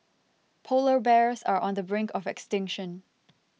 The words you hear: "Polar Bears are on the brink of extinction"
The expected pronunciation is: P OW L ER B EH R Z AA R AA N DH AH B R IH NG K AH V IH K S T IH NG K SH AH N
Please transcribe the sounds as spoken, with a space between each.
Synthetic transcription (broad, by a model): P OW L ER B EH R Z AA R AA N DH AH B R IH NG K AH V IH K S T IH NG K SH AH N